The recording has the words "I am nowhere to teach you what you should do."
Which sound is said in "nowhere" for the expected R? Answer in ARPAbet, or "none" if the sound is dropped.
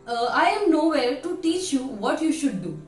L